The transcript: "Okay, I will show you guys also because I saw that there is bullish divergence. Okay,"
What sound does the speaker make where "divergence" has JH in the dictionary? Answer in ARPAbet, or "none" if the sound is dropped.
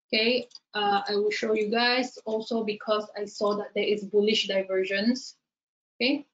ZH